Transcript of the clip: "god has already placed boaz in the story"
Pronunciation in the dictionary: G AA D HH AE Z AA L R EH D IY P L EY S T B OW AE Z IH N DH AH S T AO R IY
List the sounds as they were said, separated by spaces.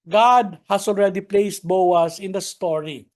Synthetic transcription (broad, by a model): G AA D HH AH S AA L R EH D IY P L EY S T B OW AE S IH N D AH S T AO R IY